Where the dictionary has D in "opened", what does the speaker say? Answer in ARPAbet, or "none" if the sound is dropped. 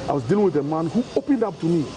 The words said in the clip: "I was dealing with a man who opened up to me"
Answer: D